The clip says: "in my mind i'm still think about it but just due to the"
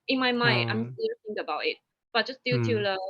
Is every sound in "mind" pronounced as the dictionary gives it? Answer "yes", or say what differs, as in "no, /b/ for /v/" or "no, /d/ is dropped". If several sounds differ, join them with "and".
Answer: no, /d/ is dropped